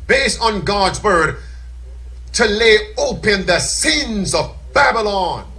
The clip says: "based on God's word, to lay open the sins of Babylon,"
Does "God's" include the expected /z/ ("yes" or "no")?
yes